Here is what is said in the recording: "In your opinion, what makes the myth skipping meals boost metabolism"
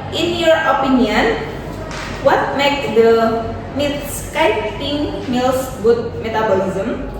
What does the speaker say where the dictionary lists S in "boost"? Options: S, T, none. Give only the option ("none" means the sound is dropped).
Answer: none